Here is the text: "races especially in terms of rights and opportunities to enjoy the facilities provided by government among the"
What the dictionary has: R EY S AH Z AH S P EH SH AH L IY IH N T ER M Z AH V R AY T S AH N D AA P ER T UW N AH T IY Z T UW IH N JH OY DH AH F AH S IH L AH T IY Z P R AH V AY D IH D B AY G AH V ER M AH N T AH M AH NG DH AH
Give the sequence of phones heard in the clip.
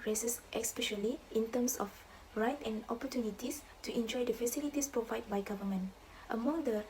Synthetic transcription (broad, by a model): R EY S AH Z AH S P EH SH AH L IY IH N T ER M S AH F R AY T AH N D AA P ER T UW N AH T IY S T UW IH N JH OY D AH F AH S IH L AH T IY S P R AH V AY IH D B AY G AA V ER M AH N T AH M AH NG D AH